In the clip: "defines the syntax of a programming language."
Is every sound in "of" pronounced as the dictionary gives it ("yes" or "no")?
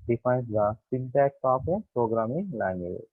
no